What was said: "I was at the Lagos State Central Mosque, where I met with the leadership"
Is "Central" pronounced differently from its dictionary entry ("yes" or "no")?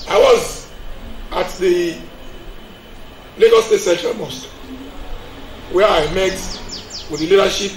yes